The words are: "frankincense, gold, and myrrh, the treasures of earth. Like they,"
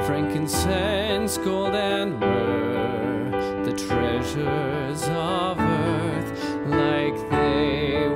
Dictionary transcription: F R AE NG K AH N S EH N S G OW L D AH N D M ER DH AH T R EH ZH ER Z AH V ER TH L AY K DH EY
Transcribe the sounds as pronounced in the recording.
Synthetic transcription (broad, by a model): F R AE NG K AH N S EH N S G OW L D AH N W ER DH AH T R EH ZH ER Z AH V ER TH L AY K DH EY